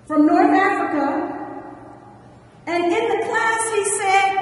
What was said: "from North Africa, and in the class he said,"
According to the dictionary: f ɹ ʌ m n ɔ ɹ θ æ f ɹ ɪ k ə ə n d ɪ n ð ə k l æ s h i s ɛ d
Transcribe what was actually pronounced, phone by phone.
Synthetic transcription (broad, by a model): f ɹ ʌ m n ɔ ɹ θ æ f ɹ ɪ k ə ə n ɪ n ð ə k l æ s h i s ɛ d